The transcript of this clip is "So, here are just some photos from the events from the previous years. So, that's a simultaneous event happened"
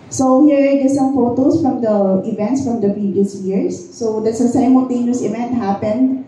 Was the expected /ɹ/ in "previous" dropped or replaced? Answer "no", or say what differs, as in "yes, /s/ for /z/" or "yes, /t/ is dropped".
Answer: no